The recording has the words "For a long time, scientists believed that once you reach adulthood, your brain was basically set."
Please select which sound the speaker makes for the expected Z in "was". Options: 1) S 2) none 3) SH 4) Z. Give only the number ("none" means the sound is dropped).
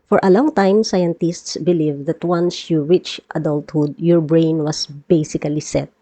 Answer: 1